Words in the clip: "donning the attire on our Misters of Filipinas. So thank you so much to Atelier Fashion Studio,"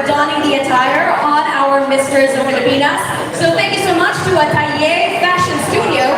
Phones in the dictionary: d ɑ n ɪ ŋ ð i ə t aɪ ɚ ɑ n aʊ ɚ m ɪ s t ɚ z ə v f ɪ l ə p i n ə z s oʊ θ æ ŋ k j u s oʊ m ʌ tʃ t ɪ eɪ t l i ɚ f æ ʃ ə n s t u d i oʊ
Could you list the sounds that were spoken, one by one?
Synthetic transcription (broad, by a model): d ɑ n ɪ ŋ ð i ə t aɪ ɚ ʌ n aʊ ɚ m ɪ s t ɚ z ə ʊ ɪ ə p i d ə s s oʊ θ æ ŋ k j u s oʊ m ʌ tʃ t ɪ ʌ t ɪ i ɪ f æ ʃ ə n s t u d i oʊ